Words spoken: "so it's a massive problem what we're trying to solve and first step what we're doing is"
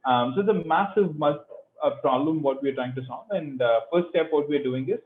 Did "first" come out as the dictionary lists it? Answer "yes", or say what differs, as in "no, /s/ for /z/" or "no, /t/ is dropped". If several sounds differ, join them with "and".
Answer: no, /s/ is dropped